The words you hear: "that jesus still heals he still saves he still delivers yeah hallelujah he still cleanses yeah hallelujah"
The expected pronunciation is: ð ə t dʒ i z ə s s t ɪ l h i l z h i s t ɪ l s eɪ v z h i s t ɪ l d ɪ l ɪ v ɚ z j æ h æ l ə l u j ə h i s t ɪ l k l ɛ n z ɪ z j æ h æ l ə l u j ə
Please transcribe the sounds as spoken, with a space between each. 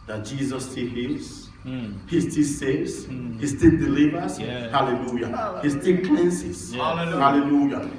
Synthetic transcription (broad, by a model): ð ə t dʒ i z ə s s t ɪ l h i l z h i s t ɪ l s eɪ z h i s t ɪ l d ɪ l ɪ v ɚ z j h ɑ l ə l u j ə h i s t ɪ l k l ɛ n s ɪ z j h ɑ l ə l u j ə